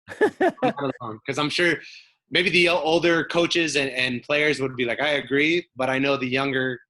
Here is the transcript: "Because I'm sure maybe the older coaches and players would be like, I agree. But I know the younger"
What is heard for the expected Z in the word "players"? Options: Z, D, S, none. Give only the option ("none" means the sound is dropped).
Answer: Z